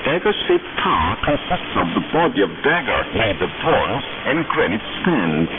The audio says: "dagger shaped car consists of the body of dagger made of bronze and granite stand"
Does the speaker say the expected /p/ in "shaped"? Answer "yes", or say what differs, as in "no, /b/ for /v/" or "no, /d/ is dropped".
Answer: no, /p/ is dropped